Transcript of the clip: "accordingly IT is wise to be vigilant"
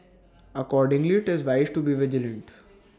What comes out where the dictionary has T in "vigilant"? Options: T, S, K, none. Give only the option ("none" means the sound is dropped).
T